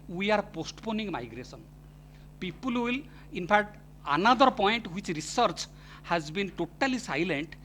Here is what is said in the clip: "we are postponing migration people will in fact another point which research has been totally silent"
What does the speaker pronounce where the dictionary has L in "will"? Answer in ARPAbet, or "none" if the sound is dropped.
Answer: L